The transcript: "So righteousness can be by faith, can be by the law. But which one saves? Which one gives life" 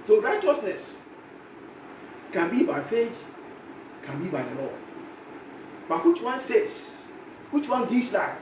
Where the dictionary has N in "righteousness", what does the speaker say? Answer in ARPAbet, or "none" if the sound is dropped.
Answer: N